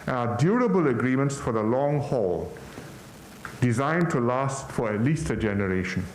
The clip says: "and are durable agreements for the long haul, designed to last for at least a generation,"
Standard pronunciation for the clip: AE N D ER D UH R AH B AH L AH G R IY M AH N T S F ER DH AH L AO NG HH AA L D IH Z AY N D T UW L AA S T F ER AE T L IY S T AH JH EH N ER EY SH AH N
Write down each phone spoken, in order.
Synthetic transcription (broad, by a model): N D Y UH R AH B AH L AH G R IY M AH N T S F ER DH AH L AO NG HH AA L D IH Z AY N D T UW L AA S T F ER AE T L IY S T AH JH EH N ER EY SH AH N